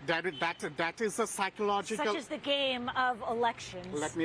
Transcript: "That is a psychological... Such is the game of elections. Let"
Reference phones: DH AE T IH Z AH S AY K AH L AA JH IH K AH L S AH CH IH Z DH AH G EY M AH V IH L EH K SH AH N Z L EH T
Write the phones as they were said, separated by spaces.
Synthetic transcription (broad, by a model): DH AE T IH Z AH S AY K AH L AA JH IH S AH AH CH IH Z DH AH G EY M AH V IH L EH K SH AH N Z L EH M